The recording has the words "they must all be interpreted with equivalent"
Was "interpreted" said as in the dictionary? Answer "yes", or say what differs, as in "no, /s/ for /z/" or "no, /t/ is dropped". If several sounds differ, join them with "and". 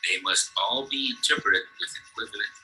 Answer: no, /ɹ/ is dropped